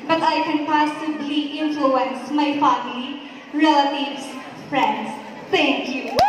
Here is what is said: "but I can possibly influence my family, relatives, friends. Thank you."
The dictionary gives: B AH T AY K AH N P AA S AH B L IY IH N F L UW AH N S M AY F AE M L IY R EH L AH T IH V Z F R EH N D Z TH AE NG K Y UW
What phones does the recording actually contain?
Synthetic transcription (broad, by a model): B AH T AY K AH N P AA S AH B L IY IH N F L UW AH N S M AY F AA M IY R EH L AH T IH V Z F R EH N D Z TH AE NG K Y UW